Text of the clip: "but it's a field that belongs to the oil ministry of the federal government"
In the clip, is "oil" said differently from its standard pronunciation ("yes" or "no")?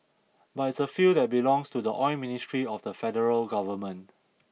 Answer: yes